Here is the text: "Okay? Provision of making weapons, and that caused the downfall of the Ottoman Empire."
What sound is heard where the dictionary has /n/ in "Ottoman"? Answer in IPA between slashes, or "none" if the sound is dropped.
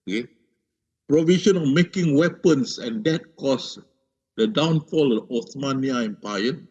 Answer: none